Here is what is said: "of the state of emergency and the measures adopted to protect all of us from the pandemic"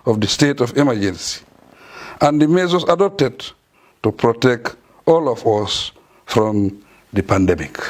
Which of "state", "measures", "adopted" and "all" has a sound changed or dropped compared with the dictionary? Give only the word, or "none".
measures